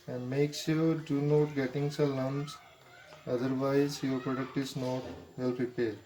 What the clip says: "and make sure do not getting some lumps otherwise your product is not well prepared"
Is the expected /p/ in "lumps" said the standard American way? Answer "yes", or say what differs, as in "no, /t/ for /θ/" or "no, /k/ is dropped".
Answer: no, /p/ is dropped